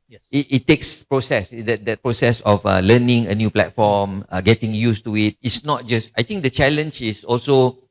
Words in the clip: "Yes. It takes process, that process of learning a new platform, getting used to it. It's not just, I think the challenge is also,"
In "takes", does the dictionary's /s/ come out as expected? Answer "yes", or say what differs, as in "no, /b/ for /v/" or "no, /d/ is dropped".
yes